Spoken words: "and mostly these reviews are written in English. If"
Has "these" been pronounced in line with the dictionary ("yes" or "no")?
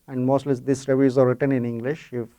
no